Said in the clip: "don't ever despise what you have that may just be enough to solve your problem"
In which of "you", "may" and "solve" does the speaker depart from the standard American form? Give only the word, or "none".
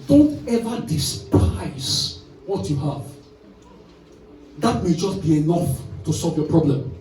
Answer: none